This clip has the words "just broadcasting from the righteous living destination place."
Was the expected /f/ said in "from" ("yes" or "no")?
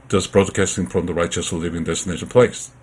yes